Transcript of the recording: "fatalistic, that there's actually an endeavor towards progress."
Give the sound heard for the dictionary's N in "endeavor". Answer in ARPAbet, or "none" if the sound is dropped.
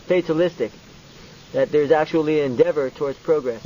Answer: N